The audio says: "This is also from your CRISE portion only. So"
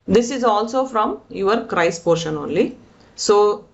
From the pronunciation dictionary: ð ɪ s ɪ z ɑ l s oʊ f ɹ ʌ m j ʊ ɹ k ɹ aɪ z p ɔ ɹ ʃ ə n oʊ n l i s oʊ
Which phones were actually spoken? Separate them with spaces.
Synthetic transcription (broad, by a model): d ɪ s ɪ z ɑ l s oʊ f ɹ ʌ m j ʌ ɹ k ɹ aɪ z p ɔ ɹ ʃ ə n oʊ n l i s oʊ